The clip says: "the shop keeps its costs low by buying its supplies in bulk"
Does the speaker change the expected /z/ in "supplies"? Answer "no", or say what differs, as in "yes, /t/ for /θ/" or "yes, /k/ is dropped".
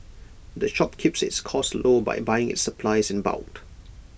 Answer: no